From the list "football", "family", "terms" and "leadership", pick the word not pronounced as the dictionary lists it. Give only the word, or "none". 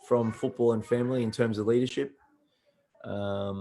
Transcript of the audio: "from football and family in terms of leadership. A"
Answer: none